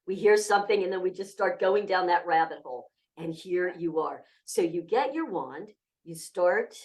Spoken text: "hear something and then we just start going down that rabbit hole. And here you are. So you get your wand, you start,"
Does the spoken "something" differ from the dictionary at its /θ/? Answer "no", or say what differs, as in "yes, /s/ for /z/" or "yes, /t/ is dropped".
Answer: no